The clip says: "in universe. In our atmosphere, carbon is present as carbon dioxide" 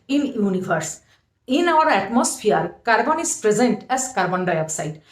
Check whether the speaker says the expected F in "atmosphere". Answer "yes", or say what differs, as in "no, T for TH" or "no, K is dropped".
no, P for F